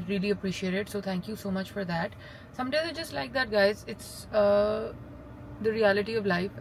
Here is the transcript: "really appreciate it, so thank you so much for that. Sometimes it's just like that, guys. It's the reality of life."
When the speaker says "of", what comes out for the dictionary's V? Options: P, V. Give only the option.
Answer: V